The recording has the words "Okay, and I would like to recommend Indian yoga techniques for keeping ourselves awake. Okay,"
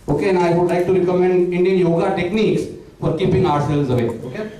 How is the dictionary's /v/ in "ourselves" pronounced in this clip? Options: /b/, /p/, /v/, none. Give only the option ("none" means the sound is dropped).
none